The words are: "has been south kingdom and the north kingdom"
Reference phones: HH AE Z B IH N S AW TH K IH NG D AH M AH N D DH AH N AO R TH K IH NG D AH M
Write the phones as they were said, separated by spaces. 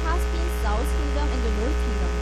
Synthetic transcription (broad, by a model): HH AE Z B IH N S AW S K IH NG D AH M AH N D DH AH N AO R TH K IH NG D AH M